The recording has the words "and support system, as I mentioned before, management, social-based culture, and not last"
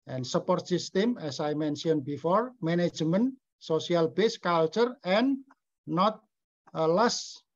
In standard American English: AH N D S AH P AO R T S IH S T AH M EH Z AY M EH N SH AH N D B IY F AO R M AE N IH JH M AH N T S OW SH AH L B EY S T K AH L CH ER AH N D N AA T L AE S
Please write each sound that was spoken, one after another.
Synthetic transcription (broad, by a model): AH N S AH P AO R T S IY S T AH M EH S AY M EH N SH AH N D B IY F AO R M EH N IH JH M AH N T S OW S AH L B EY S K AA L CH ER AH N N AA T L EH S